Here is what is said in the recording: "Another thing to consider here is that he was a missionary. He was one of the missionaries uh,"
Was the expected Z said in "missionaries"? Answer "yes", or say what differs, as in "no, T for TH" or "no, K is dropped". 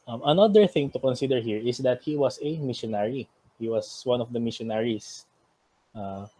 no, S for Z